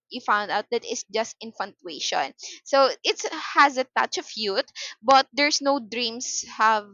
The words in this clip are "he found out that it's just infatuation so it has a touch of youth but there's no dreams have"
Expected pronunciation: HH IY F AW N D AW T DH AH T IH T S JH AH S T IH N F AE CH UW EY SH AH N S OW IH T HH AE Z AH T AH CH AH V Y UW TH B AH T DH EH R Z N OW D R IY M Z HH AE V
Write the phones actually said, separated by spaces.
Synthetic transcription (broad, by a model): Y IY F AW N D AW T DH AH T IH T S JH AH S T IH N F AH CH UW EY SH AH N S OW IH T HH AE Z AH T AH CH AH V Y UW T B AH T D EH R S N OW D R IY M S HH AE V